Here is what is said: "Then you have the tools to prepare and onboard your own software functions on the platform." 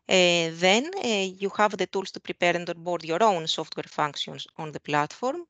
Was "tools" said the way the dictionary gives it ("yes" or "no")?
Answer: no